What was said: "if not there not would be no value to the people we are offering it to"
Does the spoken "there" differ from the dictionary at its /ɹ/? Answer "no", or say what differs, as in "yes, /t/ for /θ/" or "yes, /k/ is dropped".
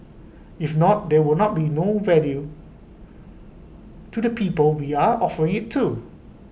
yes, /w/ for /ɹ/